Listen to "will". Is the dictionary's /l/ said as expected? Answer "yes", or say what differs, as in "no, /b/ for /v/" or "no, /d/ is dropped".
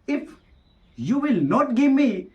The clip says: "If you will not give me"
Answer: yes